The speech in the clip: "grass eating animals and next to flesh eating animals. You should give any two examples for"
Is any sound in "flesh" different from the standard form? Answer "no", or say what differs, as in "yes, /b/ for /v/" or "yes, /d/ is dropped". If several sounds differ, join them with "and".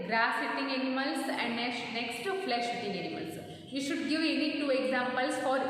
no